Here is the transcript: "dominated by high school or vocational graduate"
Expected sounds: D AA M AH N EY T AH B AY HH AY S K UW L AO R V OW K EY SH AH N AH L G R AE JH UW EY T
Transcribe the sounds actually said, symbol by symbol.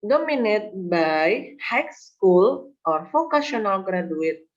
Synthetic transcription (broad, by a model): D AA M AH N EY T B AY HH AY S K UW L AO R F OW K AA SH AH N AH L G R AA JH UW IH T